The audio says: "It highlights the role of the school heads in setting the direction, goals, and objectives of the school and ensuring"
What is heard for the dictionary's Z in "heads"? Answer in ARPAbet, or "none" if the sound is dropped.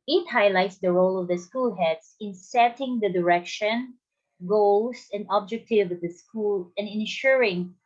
S